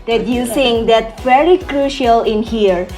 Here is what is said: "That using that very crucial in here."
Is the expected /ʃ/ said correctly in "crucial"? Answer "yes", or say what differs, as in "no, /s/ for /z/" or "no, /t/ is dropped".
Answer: yes